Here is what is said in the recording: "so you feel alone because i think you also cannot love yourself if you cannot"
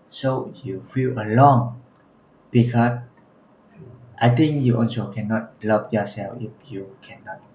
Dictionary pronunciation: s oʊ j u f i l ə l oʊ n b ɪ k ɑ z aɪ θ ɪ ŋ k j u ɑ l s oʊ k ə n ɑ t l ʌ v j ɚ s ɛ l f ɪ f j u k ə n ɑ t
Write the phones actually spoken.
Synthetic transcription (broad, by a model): s oʊ j u f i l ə l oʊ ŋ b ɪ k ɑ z aɪ t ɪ ŋ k j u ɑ n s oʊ k ə n ɑ t l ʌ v j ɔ s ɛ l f ɪ f j u k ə n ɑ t